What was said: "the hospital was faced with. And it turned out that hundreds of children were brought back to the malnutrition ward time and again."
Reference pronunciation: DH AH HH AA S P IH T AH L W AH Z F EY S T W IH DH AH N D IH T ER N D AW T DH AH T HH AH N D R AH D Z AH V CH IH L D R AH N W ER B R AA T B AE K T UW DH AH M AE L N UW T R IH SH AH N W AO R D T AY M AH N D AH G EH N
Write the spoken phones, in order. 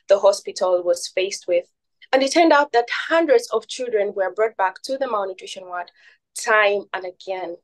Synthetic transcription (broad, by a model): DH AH HH AA S P IH T AH L W AH Z F EY S T W IH DH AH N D IH T ER N D AW T DH AH T HH AH N D R AH D Z AH V CH IH L D R AH N W ER B R AA T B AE K T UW DH AH M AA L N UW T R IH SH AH N W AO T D T AY M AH N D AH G EH N